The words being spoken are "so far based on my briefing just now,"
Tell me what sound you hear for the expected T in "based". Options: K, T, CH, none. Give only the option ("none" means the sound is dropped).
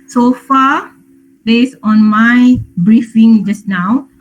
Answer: none